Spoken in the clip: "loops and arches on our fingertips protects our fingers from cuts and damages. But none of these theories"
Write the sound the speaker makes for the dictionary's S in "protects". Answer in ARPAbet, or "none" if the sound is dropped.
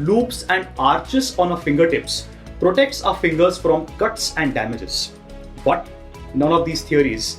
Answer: S